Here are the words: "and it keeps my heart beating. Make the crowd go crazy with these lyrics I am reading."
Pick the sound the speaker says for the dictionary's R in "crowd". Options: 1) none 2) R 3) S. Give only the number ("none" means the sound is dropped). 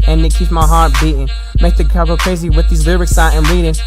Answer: 1